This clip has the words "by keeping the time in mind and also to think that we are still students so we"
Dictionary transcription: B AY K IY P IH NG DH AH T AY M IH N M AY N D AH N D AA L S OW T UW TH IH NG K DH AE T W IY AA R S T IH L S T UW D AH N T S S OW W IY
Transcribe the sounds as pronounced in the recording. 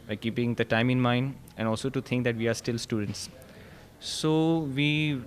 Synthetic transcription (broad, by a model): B AY K IY P IH NG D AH T AY M IH N M AY N D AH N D AA L S OW T UW T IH NG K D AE T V IY AA R S T IH L S T UW D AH N T S S OW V IY